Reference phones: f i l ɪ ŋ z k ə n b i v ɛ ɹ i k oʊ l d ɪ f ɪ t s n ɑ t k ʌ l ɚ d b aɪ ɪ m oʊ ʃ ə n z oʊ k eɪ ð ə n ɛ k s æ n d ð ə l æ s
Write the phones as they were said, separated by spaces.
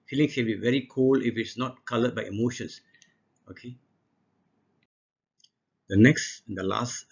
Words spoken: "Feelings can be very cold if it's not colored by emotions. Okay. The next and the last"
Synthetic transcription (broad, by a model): f i l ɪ ŋ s k ə n b i v ɛ ɹ i k oʊ l ɪ f ɪ t s n ɑ t k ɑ l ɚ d b aɪ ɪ m oʊ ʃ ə n s oʊ k eɪ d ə n ɛ k s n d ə l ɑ s